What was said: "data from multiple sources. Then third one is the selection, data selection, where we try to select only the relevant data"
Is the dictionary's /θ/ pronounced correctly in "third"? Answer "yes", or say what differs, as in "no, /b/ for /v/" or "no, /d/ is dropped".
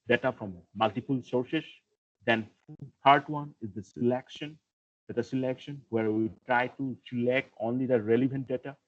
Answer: no, /t/ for /θ/